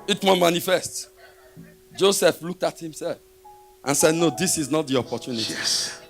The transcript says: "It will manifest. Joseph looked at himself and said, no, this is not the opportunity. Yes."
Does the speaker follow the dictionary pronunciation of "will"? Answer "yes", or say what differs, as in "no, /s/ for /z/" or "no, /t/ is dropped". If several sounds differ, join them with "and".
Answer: no, /n/ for /l/